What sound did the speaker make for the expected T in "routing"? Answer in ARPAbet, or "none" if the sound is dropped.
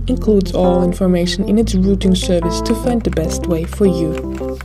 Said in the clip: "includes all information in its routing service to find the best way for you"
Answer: T